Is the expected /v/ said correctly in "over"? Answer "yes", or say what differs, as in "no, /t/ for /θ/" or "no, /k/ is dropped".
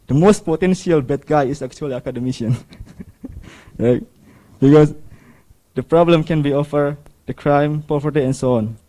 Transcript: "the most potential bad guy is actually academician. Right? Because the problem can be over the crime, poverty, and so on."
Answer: no, /f/ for /v/